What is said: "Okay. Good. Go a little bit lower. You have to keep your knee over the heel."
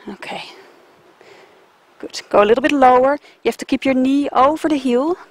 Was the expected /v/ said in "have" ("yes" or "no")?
no